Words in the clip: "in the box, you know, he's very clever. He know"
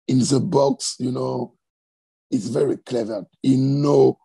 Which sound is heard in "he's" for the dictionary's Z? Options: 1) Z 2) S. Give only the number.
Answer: 2